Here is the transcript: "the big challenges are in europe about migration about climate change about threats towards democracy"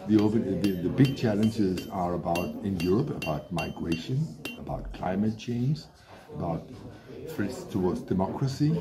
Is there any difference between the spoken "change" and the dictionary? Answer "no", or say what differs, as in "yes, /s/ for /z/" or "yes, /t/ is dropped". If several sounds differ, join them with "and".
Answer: yes, /z/ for /dʒ/